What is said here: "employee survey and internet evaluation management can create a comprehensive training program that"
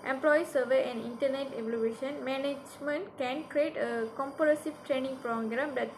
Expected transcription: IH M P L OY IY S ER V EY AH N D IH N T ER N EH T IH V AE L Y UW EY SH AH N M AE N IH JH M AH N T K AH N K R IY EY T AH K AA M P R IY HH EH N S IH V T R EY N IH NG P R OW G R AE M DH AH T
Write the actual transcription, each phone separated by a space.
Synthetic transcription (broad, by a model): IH M P L OY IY S ER V EY AH N D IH N T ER N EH T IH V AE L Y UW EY SH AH N M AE N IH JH M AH N T K AH N K R IY EY T AH K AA M P IY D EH S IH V T R EY N IH NG P R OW G R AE M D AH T